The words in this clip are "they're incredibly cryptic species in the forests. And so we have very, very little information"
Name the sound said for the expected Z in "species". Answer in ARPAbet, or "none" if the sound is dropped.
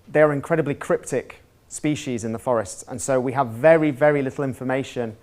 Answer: Z